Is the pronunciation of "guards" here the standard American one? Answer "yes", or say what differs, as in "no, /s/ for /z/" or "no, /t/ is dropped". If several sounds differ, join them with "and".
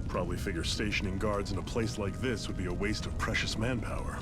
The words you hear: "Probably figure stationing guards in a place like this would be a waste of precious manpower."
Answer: yes